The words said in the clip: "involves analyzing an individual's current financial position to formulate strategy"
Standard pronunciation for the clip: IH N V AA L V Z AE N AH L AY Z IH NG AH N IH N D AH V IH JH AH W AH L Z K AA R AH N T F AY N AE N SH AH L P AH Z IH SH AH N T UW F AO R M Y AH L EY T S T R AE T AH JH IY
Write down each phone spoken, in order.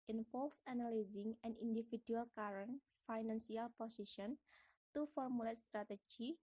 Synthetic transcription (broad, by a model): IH N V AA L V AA N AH L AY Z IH NG AH N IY N D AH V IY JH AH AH L K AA R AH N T F AY N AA N S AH L P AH S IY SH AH N T UW F AO R M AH L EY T S T R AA T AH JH IY